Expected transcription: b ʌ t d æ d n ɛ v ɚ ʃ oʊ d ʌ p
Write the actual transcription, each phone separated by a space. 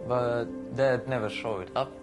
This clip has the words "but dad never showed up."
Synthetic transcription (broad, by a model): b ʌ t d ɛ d n ɛ v ɚ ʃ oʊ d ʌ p